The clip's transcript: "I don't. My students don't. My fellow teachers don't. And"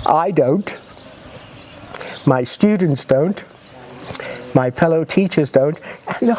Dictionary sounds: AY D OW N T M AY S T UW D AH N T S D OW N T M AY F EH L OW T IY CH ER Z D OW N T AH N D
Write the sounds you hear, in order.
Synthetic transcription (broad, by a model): AY D OW N T M AY S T UW D N T S D OW N T M AY F EH L OW T IY CH ER Z D OW N T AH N